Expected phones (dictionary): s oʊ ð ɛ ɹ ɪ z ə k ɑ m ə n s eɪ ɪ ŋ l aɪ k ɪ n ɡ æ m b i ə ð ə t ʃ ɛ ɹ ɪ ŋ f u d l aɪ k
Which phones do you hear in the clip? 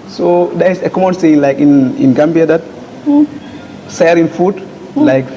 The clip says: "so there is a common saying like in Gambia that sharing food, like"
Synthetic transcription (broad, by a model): s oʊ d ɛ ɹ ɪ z ə k ɑ m ə n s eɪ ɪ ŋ l aɪ k ɪ n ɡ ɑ m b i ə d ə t s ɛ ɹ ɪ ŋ f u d l aɪ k